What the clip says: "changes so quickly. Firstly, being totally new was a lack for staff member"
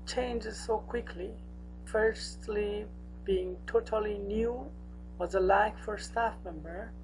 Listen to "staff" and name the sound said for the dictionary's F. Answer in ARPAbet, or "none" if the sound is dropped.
F